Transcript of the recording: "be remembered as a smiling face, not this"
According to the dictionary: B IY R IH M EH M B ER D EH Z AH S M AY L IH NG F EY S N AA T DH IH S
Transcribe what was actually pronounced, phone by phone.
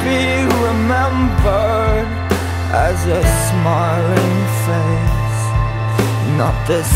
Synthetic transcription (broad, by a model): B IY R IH M EH M B ER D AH Z AH S M AY L IH NG F EY S N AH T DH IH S